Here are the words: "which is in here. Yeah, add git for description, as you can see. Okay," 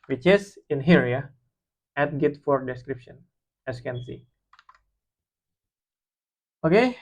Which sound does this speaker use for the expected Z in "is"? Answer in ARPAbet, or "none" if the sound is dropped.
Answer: S